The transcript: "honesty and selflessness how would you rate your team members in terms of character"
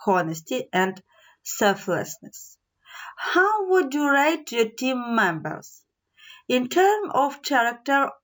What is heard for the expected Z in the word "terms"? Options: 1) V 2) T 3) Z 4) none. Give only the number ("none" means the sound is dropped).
4